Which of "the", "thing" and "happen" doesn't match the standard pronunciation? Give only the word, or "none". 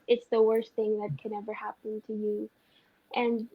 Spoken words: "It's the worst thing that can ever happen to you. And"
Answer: none